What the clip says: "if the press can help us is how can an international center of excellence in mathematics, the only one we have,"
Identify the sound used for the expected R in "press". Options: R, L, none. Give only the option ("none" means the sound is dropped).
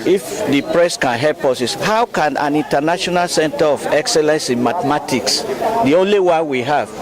R